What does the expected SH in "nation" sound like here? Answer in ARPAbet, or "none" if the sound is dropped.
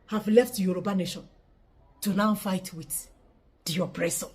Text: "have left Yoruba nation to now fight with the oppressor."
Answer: SH